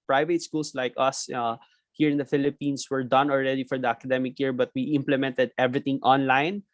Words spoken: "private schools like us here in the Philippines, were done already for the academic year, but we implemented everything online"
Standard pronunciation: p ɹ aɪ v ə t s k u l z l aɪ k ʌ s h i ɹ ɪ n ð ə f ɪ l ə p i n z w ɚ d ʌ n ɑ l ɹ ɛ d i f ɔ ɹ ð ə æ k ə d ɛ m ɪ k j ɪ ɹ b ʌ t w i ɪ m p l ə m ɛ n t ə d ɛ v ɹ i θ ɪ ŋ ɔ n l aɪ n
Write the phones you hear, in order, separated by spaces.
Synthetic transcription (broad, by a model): p ɹ aɪ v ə t s k u l s l aɪ k ʌ s h i ɹ ɪ n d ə f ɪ l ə p i n s w ɚ d ʌ n ɑ l ɹ ɛ d i f ɔ ɹ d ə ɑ k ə d ɛ m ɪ k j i ɹ b ʌ t w i ɪ m p l ə m ɛ n t ə d ɛ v ɹ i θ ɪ ŋ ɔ n l aɪ n